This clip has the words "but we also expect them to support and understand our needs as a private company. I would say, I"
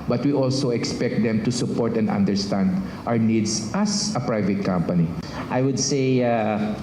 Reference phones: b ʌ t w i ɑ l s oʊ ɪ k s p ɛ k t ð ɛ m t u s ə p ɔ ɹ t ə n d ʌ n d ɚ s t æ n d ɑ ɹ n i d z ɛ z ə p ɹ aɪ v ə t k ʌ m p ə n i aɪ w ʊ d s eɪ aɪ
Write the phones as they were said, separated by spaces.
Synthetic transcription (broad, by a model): b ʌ t w i ɑ l s oʊ ɪ k s p ɛ k t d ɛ m t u s ə p ɔ ɹ t ə n d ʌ n d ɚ s t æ n d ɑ w n i d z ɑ s ə p ɹ aɪ v ə t k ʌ m p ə n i aɪ w ʊ d s eɪ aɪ